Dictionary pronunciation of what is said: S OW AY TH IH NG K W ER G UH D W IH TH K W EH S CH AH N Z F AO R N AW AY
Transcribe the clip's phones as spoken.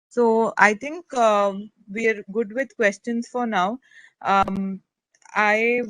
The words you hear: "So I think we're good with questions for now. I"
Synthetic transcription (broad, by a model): S OW AY T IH NG K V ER G UH D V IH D K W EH S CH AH N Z F AO R N AW AY